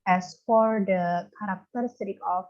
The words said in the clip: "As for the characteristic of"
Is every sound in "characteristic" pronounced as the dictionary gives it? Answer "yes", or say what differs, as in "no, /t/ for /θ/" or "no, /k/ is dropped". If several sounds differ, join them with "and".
no, /s/ is dropped